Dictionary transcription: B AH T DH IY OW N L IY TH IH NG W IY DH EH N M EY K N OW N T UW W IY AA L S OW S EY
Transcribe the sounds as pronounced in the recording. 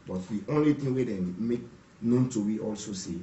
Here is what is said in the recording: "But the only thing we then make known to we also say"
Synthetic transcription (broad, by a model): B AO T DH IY OW N L IY T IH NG W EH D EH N M EY K N OW N T UW W IY AA L S OW S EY